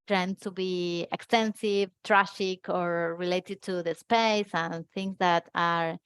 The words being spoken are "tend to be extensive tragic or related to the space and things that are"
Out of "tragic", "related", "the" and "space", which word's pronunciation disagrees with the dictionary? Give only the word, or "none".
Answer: tragic